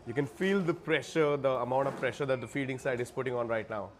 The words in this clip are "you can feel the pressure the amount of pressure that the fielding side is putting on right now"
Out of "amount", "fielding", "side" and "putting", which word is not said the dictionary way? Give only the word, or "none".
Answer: fielding